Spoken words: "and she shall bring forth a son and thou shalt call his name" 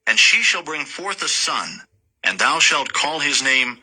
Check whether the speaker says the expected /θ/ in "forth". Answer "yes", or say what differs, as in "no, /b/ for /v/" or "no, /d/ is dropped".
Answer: yes